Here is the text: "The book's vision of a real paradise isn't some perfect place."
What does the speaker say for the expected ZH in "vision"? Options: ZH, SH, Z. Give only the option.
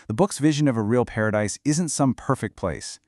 ZH